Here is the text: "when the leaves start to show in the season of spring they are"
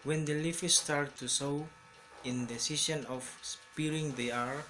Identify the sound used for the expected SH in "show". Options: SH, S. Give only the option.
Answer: S